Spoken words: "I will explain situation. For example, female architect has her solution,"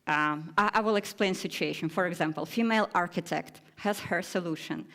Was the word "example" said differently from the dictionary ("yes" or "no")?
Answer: no